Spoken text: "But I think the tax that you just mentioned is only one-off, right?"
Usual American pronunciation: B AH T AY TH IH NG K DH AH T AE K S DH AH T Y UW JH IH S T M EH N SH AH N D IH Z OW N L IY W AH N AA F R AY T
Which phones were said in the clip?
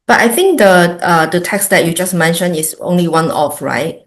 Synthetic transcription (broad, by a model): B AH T AY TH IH NG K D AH T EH K S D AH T Y UW JH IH S M EH N SH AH N IH S OW N L IY W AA N AA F R AY T